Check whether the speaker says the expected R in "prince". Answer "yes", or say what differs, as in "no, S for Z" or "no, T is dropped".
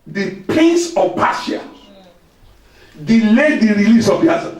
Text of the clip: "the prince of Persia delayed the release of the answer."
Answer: no, R is dropped